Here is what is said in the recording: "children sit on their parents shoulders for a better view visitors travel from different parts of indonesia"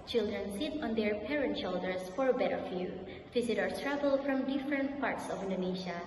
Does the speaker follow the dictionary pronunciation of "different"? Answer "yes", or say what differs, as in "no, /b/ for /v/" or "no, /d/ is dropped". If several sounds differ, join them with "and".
yes